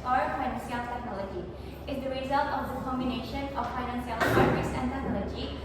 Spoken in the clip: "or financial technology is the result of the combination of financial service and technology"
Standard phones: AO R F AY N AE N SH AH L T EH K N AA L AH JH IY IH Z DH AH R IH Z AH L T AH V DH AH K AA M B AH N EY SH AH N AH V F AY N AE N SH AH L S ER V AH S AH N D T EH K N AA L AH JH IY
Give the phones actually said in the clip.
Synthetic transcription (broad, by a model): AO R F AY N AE N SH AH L T EH K N AA L AH JH IY IH Z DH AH R IH Z AH L T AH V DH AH K AA M B AH N EY SH AH N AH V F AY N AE N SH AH L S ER AH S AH N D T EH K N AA L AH JH IY